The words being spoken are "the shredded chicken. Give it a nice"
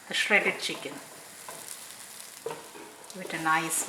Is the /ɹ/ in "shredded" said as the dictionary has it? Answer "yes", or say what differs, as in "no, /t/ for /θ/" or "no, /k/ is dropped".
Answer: yes